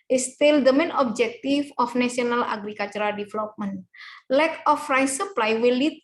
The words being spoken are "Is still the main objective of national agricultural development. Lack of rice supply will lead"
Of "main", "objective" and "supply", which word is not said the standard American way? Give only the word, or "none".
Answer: objective